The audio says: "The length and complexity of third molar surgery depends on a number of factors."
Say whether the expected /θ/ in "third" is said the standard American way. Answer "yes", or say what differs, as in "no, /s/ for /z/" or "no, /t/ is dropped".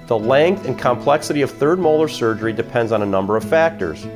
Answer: yes